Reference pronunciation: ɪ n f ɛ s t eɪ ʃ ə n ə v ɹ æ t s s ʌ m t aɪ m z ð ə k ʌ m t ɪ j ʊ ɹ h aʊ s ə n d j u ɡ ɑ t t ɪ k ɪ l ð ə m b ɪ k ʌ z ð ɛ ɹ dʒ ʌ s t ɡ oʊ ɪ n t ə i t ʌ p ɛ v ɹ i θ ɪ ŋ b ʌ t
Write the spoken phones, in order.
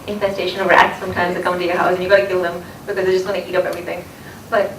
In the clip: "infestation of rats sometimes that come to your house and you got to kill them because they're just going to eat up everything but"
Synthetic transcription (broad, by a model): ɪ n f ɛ s t eɪ ʃ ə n ə v ɹ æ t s s ʌ m t aɪ m z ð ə k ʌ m t ɪ j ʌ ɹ h aʊ s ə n j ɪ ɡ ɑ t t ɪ k ɪ l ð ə m b ɪ k ʌ z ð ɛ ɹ dʒ ʌ s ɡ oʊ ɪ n t i t ʌ p ɛ v ɹ i θ ɪ ŋ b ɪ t